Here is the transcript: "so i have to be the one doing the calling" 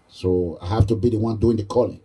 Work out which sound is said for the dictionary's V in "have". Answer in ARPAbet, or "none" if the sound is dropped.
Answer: F